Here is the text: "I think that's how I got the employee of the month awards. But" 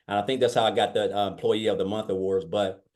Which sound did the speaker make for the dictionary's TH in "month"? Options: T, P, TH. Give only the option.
TH